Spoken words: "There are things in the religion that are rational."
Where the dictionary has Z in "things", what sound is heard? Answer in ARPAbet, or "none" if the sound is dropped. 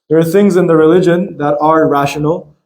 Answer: Z